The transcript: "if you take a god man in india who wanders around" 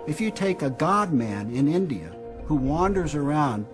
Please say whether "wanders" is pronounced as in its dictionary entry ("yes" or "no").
yes